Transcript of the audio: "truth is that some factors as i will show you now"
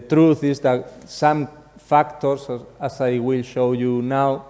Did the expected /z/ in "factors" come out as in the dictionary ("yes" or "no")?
no